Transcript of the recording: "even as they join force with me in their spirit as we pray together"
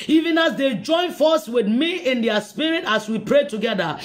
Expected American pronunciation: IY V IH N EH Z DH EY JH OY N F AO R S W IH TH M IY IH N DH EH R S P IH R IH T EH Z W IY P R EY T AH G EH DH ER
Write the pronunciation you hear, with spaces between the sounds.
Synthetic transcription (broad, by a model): IY V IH N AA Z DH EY JH OY N F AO S W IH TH M IY IH N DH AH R S P IH R IH T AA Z W IY P R EY T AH G EH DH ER